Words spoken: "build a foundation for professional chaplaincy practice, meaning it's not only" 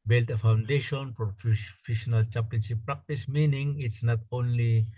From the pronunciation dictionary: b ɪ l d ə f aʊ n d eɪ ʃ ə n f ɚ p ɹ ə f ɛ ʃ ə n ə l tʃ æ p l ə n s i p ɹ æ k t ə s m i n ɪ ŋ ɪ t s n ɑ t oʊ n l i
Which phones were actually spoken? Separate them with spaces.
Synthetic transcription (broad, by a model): b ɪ l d ə f aʊ n d eɪ ʃ ə n p ɹ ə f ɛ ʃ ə n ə l tʃ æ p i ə n ʃ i p ɹ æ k t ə s m i n ɪ ŋ ɪ t s n ɑ t oʊ n l i